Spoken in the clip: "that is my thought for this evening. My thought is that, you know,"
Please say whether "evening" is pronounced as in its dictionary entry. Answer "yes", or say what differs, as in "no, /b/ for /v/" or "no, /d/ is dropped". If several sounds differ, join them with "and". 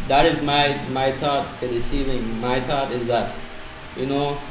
no, /n/ is dropped